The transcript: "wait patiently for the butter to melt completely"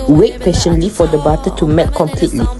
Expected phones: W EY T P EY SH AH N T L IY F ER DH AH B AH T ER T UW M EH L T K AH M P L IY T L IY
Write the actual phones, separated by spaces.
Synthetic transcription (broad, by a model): W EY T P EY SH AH N L IY F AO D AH B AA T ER T UW M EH T K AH M P L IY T L IY